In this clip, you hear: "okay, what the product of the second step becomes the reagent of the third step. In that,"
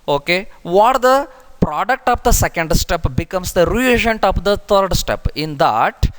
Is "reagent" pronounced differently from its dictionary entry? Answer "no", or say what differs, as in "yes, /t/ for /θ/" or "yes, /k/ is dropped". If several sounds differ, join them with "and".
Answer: no